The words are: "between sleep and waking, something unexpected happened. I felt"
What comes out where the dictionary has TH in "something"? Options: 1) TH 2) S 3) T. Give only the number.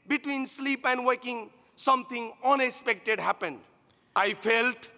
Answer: 3